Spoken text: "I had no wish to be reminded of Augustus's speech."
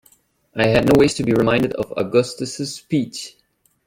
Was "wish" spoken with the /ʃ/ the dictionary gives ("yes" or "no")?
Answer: no